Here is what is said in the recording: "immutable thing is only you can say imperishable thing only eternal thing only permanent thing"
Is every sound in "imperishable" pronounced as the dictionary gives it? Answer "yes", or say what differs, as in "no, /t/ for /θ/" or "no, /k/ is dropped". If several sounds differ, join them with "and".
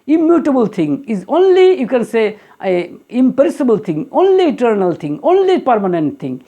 no, /s/ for /ʃ/